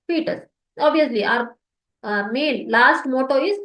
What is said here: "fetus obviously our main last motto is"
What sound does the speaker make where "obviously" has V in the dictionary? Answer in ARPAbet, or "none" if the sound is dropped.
none